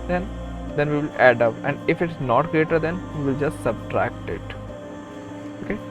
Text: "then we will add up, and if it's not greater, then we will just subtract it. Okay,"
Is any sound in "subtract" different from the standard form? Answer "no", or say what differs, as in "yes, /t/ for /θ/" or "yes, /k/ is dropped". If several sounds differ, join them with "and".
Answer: no